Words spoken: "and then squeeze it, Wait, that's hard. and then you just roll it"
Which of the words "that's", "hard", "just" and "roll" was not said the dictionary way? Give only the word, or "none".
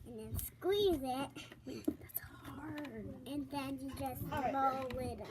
roll